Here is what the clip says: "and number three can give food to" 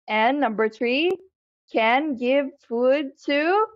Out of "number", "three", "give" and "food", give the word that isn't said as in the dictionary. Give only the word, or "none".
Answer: none